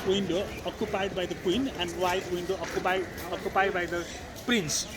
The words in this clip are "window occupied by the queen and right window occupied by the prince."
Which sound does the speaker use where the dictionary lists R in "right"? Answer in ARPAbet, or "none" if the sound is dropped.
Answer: W